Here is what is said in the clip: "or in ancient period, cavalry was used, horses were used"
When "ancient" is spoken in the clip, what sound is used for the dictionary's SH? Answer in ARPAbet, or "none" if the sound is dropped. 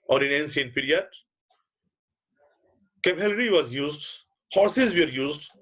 S